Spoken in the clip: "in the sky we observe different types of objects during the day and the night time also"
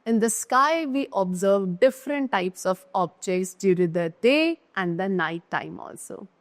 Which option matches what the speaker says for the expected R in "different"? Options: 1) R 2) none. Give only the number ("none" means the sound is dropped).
1